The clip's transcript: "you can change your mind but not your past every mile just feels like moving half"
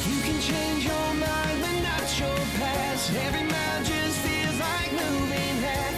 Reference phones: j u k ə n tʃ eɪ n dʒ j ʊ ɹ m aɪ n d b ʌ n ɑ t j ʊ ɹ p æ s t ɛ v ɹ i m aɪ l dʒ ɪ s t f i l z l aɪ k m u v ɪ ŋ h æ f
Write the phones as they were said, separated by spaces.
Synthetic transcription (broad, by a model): j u k ə n tʃ eɪ n dʒ j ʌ ɹ m aɪ n d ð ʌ n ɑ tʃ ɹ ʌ l p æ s ɛ v ɹ i m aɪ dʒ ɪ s f i l z l aɪ k m u v ɪ ŋ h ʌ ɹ